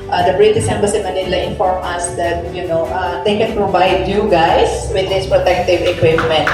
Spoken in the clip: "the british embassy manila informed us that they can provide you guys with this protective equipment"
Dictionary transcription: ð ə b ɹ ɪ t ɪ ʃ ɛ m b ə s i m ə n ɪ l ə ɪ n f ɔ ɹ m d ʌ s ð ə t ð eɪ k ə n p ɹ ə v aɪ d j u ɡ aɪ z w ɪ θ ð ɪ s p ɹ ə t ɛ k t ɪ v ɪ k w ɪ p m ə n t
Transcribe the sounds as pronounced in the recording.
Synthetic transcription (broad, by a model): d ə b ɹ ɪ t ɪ s ɛ m b ə s i m ə n ɪ l ə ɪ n f ɔ ɹ m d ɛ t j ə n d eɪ k ə n p ɹ ə v aɪ d j u ɡ aɪ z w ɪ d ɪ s p ɹ ə t ɛ k t ɪ v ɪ k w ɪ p m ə n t